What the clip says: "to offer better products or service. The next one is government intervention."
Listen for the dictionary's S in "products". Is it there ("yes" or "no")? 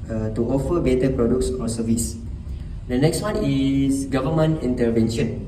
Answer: yes